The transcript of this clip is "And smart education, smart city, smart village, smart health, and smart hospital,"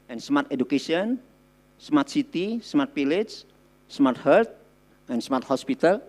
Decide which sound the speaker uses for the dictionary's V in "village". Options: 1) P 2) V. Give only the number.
1